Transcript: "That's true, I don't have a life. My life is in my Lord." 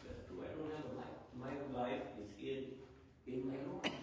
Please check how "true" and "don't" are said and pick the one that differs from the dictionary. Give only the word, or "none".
true